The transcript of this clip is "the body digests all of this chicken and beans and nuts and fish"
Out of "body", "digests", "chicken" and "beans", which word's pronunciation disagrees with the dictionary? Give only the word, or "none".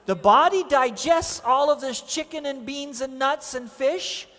none